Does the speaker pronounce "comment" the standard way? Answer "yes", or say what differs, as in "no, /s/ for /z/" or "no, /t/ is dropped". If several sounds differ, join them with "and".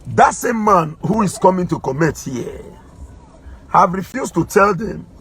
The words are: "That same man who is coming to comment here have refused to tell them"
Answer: no, /n/ is dropped